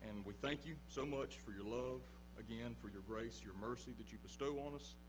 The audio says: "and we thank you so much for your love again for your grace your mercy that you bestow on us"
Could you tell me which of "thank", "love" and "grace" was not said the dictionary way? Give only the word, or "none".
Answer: none